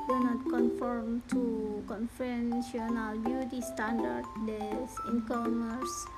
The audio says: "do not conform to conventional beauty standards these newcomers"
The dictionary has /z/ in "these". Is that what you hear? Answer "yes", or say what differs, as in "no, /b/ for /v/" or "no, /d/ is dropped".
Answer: no, /z/ is dropped